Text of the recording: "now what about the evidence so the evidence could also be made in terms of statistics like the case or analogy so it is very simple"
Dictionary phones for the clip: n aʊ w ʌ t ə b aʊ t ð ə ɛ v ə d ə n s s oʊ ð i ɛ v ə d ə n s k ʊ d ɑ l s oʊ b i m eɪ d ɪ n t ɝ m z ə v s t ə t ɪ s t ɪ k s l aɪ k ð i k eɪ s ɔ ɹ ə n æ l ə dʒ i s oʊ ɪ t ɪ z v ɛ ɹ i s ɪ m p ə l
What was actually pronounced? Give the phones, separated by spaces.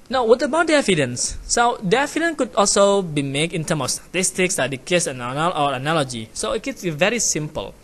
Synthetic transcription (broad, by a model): n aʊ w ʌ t ə b aʊ t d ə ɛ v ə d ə n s s oʊ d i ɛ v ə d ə n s k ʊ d ɑ l s oʊ b i m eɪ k ɪ n t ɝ m ə f s t ə t ɪ s t ɪ k s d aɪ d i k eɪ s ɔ l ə n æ l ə dʒ i s oʊ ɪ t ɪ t v ɛ ɹ i s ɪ m p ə l